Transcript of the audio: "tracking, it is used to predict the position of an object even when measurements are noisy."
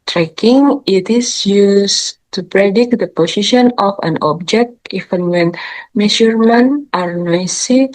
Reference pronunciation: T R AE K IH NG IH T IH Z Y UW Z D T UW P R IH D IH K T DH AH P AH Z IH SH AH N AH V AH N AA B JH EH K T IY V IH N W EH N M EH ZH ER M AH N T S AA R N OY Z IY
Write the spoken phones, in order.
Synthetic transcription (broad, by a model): T R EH K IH NG IH T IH S Y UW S T UW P R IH D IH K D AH P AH S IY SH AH N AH F AH N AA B JH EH K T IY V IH N W EH N M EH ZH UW M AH N T AA R N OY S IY